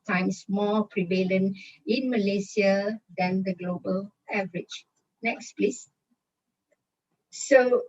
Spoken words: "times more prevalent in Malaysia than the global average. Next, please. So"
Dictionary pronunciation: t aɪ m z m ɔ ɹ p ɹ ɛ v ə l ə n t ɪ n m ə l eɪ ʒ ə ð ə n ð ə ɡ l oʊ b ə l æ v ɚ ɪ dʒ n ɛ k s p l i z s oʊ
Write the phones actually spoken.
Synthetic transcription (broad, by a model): t aɪ m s m ɔ p ɹ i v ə l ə n ɪ n m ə l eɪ s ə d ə n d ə ɡ l oʊ b ə l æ v ɚ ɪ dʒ n ɛ k s p l i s s oʊ